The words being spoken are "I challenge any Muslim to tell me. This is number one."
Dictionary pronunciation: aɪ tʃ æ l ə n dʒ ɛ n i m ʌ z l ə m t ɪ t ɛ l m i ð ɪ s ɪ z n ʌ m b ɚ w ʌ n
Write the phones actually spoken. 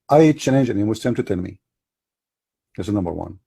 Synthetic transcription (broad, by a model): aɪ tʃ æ n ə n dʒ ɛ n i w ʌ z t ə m t ɪ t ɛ n m i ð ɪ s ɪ n ʌ m b ɚ w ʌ n